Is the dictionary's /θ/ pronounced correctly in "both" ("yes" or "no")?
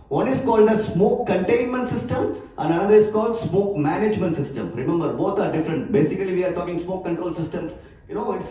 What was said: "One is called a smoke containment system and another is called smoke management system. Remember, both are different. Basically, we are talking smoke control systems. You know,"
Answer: no